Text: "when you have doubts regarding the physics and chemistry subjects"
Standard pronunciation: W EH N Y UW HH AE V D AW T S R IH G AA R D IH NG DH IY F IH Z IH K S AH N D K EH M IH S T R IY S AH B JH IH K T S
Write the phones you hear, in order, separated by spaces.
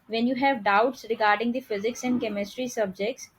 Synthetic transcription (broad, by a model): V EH N Y UW HH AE V D AW T S R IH G AA R D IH NG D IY F IH Z IH K S AH N D K EH M IH S T R IY S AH B JH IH K T S